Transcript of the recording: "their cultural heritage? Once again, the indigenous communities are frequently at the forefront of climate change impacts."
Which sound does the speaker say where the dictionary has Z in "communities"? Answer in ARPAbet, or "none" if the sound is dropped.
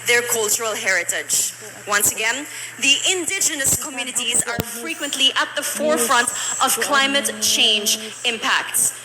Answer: Z